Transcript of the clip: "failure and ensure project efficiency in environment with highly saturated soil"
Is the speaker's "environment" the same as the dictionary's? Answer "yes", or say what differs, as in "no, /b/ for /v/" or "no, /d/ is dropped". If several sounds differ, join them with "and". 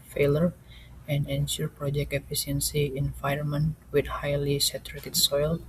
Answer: no, /ɹ/ is dropped